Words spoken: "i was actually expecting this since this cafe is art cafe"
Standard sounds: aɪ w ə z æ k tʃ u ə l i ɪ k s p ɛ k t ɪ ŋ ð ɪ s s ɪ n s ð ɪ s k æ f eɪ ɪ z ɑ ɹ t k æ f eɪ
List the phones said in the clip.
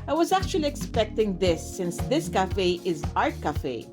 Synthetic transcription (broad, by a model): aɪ w ə z æ k tʃ u ə l i ɪ k s p ɛ k t ɪ ŋ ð ɪ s s ɪ n s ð ɪ s k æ f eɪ ɪ z ɑ ɹ t k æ f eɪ